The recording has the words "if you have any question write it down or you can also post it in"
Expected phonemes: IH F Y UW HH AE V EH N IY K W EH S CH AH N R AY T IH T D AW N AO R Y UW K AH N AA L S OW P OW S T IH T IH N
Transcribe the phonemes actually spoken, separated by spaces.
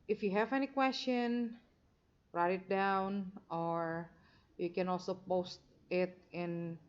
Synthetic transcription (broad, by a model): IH F Y UW HH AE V EH N IY K W EH S CH AH N R AY T IH T D AW N AO R Y UW K AH N AA L S OW P OW S T IH T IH N